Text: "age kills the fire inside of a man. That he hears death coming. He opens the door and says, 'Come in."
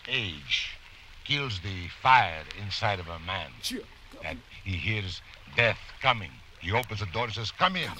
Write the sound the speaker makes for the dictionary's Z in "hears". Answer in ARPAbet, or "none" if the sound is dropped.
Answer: Z